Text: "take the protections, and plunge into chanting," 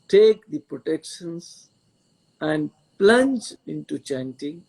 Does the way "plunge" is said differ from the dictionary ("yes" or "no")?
no